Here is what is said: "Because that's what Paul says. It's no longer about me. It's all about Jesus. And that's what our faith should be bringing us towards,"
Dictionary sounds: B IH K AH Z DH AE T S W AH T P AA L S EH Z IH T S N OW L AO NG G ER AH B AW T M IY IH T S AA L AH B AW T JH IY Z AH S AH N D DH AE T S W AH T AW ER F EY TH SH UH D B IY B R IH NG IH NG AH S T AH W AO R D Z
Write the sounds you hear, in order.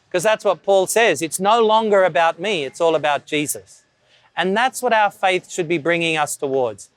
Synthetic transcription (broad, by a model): K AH Z DH AE T S W AH T P AA L S EH Z IH T S N OW L AO NG G ER AH B AW T M IY IH T S AA L AH B AW T JH IY Z AH S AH N DH AE T S W AH T AW ER F EY TH SH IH D B IY B R IH NG IH NG AH S T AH W AO R D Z